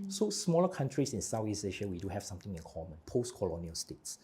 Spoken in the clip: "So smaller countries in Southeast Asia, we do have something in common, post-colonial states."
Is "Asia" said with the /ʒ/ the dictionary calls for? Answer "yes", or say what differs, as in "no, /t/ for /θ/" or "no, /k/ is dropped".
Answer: no, /ʃ/ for /ʒ/